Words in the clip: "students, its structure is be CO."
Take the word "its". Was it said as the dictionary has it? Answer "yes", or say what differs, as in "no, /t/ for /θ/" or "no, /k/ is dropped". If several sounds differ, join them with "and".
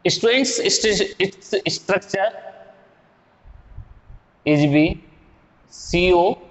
no, /s/ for /t/